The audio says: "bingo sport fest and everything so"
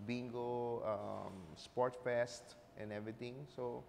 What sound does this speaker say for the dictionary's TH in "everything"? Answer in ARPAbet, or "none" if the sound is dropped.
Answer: T